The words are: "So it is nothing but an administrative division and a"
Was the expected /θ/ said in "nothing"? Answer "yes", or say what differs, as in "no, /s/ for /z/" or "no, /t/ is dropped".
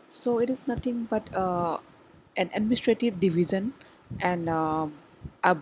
no, /t/ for /θ/